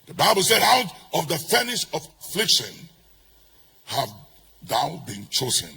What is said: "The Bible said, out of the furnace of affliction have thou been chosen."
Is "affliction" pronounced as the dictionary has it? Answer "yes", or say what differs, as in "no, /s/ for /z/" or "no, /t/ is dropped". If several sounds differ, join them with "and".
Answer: yes